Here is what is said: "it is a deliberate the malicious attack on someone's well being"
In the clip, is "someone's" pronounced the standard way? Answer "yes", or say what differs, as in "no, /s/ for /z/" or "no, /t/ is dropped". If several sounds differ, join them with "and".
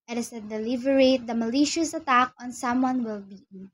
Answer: no, /z/ is dropped